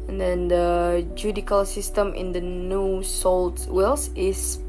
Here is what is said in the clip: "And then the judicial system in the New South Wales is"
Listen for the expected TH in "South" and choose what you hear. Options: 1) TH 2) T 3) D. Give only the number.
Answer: 2